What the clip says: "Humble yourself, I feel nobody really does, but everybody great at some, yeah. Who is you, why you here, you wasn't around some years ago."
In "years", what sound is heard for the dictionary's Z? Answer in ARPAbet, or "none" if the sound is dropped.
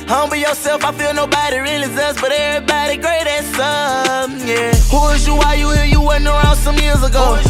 Z